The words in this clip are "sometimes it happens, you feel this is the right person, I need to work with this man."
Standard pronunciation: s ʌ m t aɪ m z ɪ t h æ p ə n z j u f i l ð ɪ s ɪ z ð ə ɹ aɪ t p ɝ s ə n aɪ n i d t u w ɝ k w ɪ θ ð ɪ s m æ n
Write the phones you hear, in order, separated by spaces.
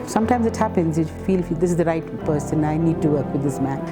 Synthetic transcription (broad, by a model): s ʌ m t aɪ m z ɪ t h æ p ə n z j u f i l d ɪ s ɪ z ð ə ɹ aɪ t p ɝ s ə n aɪ n i d t u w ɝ k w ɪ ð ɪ s m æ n